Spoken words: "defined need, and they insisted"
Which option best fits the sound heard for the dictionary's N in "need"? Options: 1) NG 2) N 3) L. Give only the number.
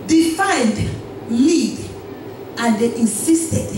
3